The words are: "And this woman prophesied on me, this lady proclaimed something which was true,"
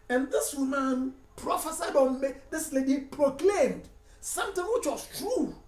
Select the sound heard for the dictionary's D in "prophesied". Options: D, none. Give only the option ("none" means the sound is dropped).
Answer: D